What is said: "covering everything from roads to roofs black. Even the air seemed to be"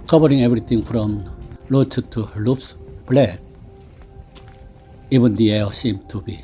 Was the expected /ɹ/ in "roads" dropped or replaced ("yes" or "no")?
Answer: yes